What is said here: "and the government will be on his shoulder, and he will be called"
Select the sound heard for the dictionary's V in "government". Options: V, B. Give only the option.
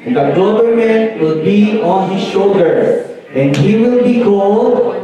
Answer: B